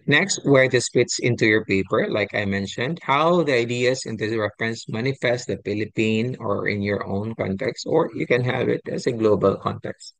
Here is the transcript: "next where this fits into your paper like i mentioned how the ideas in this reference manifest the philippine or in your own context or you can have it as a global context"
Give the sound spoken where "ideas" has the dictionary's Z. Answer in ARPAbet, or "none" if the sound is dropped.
S